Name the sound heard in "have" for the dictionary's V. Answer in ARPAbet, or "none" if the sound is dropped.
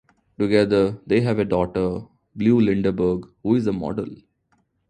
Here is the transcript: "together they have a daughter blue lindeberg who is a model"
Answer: V